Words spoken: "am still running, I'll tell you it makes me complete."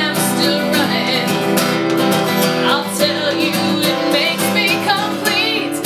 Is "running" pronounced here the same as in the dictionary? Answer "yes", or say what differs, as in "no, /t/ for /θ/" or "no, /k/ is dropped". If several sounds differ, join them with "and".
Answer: no, /n/ is dropped